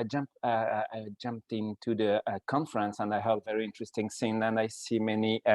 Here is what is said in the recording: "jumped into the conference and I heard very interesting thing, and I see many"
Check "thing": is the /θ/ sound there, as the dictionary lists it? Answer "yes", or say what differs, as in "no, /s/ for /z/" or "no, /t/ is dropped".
no, /s/ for /θ/